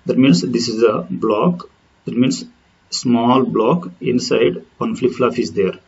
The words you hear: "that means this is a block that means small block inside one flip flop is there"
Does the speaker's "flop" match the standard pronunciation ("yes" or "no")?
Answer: no